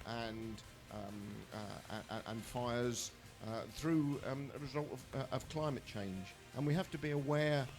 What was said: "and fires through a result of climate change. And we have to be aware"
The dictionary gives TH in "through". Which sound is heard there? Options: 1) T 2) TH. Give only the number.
2